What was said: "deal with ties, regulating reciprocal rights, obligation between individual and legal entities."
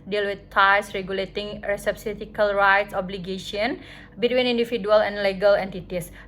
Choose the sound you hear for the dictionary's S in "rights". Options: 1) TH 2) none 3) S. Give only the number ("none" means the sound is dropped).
3